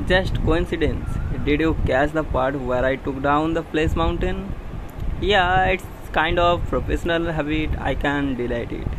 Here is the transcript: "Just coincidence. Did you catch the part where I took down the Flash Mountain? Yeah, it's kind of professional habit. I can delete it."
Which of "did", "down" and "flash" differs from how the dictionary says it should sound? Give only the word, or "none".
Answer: flash